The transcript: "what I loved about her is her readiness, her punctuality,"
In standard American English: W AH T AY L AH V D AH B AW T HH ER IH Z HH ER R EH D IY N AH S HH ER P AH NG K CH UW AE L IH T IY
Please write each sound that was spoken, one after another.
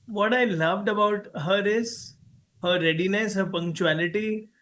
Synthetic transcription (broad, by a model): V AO T AY L AH V D AH B AW T HH ER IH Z HH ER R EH D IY N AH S HH ER P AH NG K CH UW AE L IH T IY